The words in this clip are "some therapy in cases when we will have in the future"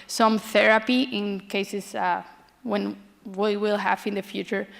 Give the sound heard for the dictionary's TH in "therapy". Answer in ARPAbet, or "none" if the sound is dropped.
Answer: TH